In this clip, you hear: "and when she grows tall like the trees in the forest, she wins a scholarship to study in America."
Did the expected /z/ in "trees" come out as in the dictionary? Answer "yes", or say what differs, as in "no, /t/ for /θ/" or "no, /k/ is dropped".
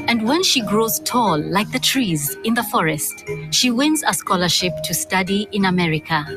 yes